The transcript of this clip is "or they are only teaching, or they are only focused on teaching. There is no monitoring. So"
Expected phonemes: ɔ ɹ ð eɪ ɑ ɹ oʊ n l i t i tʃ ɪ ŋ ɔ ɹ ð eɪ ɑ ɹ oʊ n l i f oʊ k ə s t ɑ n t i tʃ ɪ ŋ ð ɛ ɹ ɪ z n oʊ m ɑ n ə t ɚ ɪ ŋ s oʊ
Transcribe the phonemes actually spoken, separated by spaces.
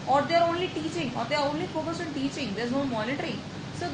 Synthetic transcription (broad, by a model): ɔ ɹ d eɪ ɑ ɹ oʊ n l i t i tʃ ɪ ŋ ɔ ɹ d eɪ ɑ ɹ oʊ n l i f oʊ k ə s ɑ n t i tʃ ɪ ŋ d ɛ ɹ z n oʊ m ɑ n ə t ɚ ɪ ŋ s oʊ